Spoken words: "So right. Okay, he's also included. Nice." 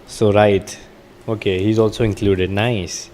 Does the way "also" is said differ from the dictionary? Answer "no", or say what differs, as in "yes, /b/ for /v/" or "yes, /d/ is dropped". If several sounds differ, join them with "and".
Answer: no